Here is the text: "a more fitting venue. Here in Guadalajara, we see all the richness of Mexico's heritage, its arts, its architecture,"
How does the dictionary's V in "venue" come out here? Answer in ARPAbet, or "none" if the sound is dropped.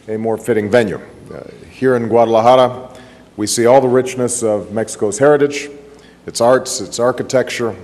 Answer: V